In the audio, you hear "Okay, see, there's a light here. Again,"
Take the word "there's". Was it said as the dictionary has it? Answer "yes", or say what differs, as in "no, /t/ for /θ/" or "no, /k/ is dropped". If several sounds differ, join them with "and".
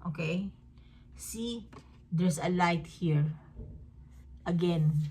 no, /s/ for /z/